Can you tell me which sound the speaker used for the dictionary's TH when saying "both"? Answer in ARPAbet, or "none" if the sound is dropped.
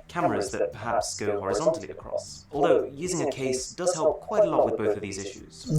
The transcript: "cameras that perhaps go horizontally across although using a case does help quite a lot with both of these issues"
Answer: TH